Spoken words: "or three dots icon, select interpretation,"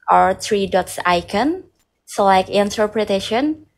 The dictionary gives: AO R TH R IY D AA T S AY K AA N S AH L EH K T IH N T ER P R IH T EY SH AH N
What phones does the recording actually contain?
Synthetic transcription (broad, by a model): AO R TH R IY D AA T S AY K AA N S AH L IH K IH N T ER P R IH T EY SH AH N